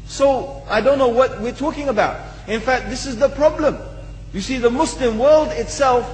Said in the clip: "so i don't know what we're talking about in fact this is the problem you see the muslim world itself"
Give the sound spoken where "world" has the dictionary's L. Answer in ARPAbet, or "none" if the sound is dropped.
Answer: L